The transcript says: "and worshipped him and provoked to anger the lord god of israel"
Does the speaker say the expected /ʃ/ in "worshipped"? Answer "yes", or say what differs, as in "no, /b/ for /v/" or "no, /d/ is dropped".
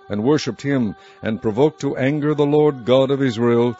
yes